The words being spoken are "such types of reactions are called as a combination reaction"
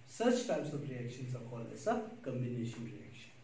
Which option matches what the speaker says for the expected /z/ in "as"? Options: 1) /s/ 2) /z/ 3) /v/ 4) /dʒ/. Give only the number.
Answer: 1